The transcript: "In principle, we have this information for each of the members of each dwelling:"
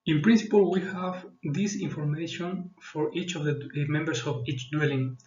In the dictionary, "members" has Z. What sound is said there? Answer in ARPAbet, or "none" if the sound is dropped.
S